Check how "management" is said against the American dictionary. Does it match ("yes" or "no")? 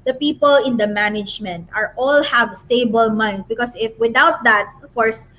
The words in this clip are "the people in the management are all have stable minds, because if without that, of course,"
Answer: yes